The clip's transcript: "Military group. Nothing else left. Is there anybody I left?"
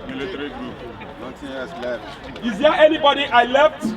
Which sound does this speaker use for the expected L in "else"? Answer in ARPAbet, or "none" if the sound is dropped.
none